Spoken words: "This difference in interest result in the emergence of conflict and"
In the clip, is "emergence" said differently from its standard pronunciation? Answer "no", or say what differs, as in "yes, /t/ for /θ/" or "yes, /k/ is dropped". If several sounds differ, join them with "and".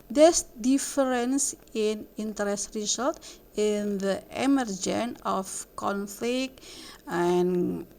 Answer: yes, /s/ is dropped